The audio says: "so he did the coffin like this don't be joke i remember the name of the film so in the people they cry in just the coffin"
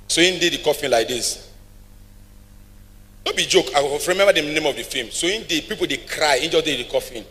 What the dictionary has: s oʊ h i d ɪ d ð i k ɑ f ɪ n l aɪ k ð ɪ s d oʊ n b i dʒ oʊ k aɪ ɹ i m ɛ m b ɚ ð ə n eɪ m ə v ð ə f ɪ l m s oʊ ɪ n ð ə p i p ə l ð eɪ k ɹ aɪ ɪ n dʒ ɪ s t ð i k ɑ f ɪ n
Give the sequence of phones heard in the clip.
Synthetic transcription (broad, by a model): s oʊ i d ɪ d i k ɑ f ɪ n l aɪ k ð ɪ s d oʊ b i dʒ oʊ k aɪ ɹ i m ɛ m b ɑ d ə n eɪ m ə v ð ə f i m s oʊ ɪ n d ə p i p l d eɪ k ɹ aɪ ɪ n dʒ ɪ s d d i k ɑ f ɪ n